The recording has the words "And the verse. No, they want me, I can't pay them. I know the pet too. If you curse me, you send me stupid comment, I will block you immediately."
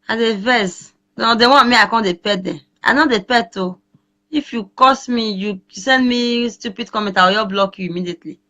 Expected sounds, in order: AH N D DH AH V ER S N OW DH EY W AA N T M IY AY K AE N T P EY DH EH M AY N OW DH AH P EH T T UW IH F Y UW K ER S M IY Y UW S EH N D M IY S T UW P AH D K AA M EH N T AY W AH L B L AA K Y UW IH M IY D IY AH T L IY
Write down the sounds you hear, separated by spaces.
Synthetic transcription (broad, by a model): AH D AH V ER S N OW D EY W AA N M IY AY K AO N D P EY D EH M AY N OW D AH P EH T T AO IH F Y UW K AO S M IY Y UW S EH N D M IY S T UW P AH D K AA M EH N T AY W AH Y B L AA K Y UW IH M IY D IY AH T L IY